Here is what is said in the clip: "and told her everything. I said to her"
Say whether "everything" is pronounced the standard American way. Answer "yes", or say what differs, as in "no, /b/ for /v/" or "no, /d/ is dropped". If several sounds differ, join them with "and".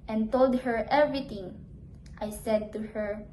no, /t/ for /θ/